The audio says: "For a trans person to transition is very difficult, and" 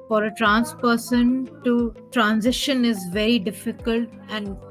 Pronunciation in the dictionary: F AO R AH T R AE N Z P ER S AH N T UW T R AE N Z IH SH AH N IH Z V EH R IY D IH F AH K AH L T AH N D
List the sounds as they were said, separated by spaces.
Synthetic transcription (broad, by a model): F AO R AH T R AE N S P ER S AH N T UW T R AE N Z IH SH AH N IH Z V EH R IY D IH F AH K AH L T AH N D